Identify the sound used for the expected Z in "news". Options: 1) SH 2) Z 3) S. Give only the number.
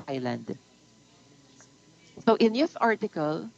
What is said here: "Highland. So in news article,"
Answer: 3